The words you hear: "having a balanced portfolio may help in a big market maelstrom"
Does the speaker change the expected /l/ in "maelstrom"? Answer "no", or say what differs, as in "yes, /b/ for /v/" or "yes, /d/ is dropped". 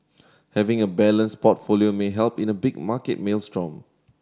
no